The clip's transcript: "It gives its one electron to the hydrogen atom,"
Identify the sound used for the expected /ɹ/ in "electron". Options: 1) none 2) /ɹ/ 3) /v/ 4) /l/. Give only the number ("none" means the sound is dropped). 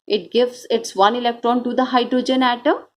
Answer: 2